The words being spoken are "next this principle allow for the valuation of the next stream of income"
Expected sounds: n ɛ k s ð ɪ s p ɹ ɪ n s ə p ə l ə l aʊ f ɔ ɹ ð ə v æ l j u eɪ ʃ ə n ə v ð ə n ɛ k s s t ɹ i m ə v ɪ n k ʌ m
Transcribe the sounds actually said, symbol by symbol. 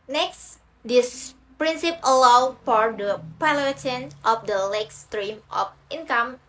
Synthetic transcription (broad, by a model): n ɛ k s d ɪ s p ɹ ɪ n s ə p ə l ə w f ɔ ɹ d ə p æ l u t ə n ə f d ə l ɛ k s s t ɹ i m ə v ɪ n k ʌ m